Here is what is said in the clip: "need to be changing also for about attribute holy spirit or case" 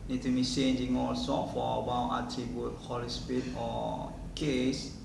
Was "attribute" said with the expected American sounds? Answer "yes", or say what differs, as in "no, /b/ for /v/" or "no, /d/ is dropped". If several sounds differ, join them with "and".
no, /ɹ/ is dropped